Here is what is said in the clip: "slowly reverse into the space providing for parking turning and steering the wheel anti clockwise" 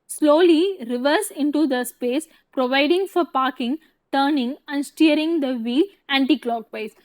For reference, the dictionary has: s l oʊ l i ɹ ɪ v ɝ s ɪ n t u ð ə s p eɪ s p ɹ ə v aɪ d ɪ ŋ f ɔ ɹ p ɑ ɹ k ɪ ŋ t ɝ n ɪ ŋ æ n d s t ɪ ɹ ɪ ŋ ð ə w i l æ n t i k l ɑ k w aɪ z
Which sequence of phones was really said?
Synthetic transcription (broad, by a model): s l oʊ l i ɹ ɪ v ɝ s ɪ n t u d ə s p eɪ s p ɹ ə v aɪ d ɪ ŋ f ɔ ɹ p ɑ ɹ k ɪ ŋ t ɝ n ɪ ŋ æ n d s t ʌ ɹ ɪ ŋ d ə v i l æ n t i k l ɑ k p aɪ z